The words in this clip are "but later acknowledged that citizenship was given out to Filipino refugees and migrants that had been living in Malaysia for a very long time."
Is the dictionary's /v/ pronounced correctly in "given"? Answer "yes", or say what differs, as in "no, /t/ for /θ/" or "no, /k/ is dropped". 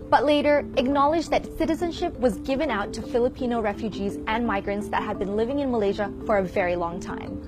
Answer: yes